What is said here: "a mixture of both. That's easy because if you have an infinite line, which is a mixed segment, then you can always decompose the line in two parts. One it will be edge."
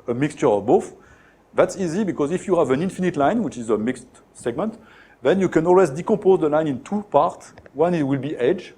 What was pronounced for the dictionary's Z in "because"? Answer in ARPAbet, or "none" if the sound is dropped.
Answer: Z